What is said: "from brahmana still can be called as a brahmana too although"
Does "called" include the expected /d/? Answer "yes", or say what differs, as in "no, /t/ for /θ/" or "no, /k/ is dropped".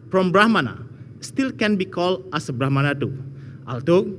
no, /d/ is dropped